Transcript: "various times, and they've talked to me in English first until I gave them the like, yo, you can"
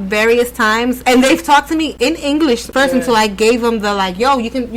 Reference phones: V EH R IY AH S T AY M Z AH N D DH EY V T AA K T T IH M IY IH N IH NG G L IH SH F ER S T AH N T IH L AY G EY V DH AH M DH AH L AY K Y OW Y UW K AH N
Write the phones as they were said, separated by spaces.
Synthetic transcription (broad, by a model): V EH R IY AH S T AY M Z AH N DH EY V T AA K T T IH M IY IH N IH NG G L IH SH P ER S AH N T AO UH AY G EY V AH M DH AH L AY K Y OW Y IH K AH N